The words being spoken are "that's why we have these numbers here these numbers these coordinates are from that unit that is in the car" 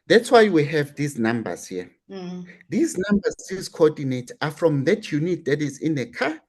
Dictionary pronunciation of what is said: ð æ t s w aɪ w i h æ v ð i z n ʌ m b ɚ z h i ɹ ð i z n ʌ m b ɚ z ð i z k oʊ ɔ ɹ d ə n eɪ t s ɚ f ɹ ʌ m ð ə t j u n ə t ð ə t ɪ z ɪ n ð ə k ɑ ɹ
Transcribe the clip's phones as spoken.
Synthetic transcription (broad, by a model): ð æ t s w aɪ w i h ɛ v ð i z n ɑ m b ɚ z h i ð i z n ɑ m b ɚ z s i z k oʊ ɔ d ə n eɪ t ɑ f ɹ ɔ m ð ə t j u n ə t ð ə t ɪ z ɪ n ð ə k ɑ